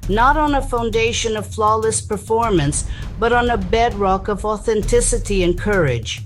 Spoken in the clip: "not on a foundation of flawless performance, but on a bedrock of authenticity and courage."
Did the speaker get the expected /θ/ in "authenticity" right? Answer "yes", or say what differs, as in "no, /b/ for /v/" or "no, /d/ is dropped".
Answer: yes